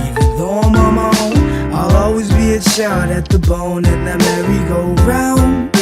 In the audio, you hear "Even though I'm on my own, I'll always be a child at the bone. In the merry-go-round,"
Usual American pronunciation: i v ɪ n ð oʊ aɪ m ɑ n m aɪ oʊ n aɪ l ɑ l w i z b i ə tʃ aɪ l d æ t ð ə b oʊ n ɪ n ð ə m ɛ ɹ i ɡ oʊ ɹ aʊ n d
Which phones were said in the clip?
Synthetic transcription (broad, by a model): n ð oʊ m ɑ m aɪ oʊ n aɪ l ɑ l w i z b i ə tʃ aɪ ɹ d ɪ t ð ə b oʊ n ɪ n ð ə m ɛ ɹ i ɡ oʊ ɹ aʊ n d